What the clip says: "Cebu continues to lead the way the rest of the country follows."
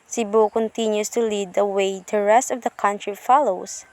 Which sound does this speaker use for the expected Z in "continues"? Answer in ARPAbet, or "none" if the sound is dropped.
S